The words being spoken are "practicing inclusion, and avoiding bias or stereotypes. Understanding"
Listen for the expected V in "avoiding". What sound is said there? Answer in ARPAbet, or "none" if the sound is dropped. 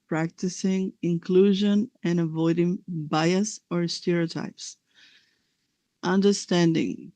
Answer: V